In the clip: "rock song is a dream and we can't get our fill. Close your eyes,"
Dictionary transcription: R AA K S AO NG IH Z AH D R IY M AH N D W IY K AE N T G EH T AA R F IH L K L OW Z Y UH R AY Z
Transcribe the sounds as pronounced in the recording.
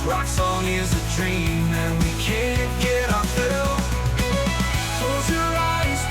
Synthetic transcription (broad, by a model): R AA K S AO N IH Z AH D R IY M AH N W IY K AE N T G EH T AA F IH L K OW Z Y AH R AY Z